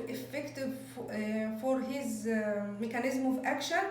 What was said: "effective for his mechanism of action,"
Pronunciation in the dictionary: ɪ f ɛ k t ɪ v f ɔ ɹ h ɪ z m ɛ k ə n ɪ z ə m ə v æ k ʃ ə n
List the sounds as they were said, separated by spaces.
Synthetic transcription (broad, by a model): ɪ f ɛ k t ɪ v f ɔ ɹ h ɪ z m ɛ k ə n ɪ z m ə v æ k ʃ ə n